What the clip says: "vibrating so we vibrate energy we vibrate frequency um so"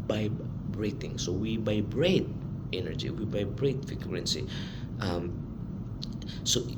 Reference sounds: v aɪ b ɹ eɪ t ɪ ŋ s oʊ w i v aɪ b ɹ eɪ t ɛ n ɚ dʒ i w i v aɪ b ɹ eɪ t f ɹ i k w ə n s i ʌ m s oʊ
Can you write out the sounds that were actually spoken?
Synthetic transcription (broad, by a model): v aɪ b ɹ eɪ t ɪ ŋ s oʊ w i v aɪ b ɹ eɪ t ɛ n ɚ dʒ i w i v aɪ b ɹ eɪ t f i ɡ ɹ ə n s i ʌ m s oʊ